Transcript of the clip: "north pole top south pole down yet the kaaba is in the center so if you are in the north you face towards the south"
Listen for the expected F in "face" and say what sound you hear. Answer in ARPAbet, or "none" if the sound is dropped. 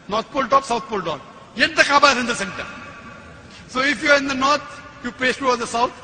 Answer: P